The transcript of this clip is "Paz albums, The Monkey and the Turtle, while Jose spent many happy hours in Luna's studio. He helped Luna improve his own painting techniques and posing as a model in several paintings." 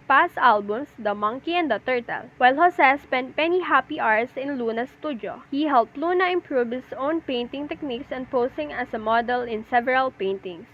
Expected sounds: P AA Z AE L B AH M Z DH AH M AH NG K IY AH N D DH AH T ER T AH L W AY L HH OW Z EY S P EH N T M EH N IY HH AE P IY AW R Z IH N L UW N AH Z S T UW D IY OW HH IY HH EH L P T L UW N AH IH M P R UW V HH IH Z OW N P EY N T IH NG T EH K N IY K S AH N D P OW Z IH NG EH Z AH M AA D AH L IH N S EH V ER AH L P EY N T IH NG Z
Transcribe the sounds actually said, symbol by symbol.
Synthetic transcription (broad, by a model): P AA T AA L B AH M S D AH M AH NG K IY AH N D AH T ER T AH L W AY L HH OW S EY S P EH N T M EH N IY HH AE P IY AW R S IH N L UW N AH S T UW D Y OW HH IY HH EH L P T L UW N AH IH M P R UW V HH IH S OW N P EY N T IH NG T EH K N IY K S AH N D P OW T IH NG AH S AH M AA D AH L IH N S EH V ER AH L P EY N T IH NG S